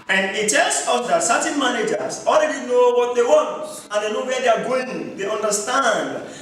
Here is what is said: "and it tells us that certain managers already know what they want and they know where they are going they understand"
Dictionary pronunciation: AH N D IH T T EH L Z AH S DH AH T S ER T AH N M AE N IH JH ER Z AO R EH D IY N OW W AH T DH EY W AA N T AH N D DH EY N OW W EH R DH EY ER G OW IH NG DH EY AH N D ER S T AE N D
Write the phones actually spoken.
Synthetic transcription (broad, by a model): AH N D IH T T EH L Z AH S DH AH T S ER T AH N M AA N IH JH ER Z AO L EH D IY N OW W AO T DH EY W AA N T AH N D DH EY N OW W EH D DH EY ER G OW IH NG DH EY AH N D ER S T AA N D